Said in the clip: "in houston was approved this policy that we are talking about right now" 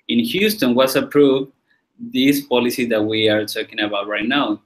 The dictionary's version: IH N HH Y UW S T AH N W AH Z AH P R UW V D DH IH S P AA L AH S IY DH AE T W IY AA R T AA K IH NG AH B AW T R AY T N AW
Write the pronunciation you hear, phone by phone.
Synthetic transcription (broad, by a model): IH N HH Y UW S T AH N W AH S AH P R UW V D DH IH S P AA L AH S IY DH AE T W IY AA R T AA K IH NG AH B AW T R AY T N AW